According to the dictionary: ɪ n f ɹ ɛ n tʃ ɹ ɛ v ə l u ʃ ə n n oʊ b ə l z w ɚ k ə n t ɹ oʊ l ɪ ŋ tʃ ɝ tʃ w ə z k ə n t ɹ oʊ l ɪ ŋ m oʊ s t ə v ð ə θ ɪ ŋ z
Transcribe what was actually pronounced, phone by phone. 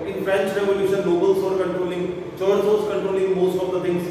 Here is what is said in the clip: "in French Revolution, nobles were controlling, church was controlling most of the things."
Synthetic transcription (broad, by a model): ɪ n f ɹ ɛ n tʃ ɹ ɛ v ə l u ʃ ə n l oʊ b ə l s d k ə n t ɹ oʊ l ɪ ŋ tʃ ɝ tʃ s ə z k ə n t ɹ oʊ l ɪ ŋ m oʊ s t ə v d ə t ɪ ŋ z